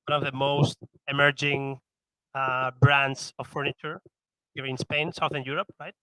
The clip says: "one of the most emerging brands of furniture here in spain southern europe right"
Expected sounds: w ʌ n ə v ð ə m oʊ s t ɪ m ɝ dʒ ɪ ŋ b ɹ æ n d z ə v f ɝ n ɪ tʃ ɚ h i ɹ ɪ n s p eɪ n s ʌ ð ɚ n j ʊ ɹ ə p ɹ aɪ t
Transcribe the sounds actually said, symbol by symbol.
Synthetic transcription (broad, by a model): w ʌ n ə v ð ə m oʊ s t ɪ m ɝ dʒ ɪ ŋ b ɹ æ n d s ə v f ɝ n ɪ tʃ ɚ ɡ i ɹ ɪ n s p eɪ n s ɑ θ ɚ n j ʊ ɹ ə p ɹ aɪ t